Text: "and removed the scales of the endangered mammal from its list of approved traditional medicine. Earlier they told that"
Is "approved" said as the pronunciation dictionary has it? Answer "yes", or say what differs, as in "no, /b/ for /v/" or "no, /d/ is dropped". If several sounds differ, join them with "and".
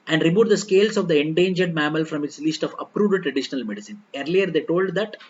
no, /v/ is dropped